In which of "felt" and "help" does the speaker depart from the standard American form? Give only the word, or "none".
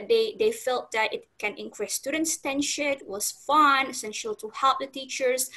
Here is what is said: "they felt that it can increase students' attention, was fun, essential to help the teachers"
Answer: none